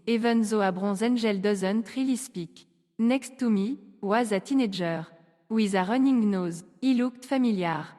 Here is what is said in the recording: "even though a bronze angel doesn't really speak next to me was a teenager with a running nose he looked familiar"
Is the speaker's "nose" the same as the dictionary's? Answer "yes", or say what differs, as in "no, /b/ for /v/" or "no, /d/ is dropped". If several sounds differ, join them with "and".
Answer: yes